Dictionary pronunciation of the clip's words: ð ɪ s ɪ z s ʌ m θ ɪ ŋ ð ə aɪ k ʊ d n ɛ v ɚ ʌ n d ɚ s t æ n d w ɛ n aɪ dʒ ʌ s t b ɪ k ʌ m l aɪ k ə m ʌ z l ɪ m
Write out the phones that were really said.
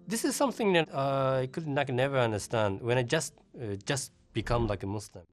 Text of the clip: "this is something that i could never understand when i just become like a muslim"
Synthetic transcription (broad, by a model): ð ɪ s ɪ z s ʌ m θ ɪ ŋ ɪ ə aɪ k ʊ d n ɛ v ɚ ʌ n d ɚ s t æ n d w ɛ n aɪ dʒ ʌ s t b ɪ k ʌ m l aɪ k ə m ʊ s l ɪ m